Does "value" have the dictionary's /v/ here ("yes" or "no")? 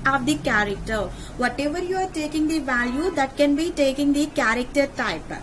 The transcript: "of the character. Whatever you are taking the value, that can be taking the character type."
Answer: yes